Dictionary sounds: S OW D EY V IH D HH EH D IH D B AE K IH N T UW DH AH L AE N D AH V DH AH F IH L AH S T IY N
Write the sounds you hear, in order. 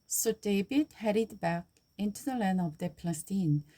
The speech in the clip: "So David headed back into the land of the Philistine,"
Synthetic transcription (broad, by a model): S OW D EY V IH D HH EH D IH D B AE K IH N T UW DH AH L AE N AH V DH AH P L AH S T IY N